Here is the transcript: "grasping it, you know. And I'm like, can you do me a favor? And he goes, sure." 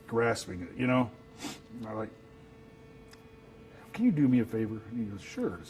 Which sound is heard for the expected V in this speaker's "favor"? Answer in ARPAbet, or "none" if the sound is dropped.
V